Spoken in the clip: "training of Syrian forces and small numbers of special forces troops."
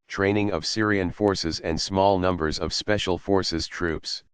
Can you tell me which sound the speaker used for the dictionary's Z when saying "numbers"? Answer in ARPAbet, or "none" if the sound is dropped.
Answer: Z